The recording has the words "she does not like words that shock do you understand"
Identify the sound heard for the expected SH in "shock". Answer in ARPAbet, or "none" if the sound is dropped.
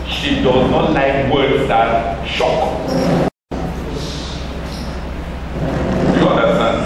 SH